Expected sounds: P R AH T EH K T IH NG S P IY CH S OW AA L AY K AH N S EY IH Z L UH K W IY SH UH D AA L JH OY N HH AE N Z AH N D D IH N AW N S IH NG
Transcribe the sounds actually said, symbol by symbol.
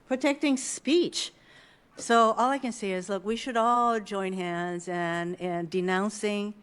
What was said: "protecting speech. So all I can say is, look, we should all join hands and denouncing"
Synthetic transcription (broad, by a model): P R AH T EH K T IH NG S P IY CH S OW AA L AY K AH N S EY IH Z L UH K W IY SH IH D AA L JH OY N HH AE N Z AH N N D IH N AW N S IH NG